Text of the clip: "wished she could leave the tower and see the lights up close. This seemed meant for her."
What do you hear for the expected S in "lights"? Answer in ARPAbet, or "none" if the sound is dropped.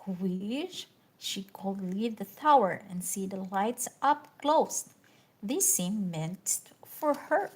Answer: S